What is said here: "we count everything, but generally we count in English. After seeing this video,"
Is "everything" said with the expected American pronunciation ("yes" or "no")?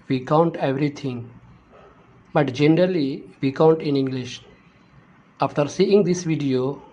no